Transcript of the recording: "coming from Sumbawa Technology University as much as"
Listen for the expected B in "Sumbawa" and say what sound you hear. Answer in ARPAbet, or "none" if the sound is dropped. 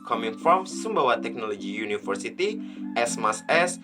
B